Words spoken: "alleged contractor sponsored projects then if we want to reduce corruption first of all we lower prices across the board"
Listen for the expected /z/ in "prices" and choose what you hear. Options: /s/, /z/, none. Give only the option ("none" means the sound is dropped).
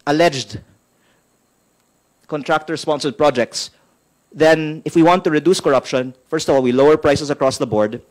/s/